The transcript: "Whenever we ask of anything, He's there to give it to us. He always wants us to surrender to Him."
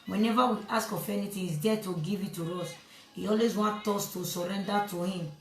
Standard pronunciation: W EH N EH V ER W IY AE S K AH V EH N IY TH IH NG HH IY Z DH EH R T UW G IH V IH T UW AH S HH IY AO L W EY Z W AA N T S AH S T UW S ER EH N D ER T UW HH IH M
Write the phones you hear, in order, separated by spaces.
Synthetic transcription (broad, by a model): W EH N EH V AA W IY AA S K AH F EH N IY T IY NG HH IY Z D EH T UW G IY V IH T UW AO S HH IY AO L W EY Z W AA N T AO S T UW S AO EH N D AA T UW HH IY M